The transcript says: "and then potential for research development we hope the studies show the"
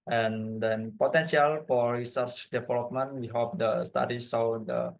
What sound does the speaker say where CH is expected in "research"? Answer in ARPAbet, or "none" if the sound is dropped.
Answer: CH